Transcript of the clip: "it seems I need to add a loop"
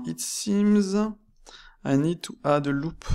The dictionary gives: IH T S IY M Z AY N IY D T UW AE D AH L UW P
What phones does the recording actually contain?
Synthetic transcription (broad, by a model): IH T S IY M Z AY N IY D T UW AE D AH L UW P